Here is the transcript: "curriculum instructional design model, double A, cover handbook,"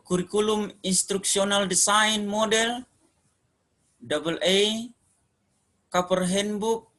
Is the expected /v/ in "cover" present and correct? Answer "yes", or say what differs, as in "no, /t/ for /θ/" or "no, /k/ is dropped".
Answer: no, /p/ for /v/